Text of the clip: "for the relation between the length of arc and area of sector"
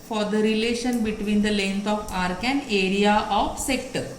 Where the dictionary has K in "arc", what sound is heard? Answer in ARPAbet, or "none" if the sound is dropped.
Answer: K